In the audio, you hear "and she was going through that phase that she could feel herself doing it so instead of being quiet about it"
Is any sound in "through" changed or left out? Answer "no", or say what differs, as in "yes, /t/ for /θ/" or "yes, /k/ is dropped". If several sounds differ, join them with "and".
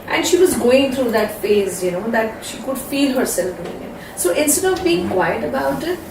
yes, /t/ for /θ/